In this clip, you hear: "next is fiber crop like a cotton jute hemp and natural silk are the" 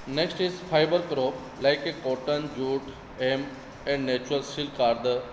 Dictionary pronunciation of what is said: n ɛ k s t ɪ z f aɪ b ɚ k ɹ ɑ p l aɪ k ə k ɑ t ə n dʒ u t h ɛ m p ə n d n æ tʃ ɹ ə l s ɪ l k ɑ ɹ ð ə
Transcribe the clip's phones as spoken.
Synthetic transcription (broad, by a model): n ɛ k s t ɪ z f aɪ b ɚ k ɹ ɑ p l aɪ k ə k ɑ t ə n dʒ u t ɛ m ə n d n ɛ tʃ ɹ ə l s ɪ l k ɑ ɹ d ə